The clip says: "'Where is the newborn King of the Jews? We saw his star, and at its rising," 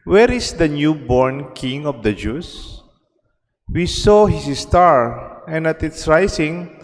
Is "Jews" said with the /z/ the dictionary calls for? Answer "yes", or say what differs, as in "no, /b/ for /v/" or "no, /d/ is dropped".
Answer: no, /s/ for /z/